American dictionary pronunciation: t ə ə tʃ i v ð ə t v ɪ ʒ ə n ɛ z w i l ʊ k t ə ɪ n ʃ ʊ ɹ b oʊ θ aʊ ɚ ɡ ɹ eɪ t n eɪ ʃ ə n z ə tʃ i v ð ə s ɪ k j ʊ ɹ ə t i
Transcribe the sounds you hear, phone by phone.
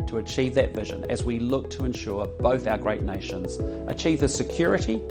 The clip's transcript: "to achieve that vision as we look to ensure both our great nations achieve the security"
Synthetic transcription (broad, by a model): t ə ə tʃ i v ð ə t v ɪ ʒ ə n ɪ z w i l ʊ k t ə ɪ n ʃ ʊ ɹ b oʊ θ aʊ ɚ ɡ ɹ eɪ t n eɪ ʃ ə n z ə tʃ i v ð ə s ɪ k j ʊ ɹ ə t i